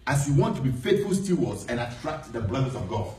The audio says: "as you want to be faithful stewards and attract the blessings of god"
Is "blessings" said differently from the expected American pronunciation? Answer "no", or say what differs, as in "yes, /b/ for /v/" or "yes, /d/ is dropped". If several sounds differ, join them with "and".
yes, /ŋ/ is dropped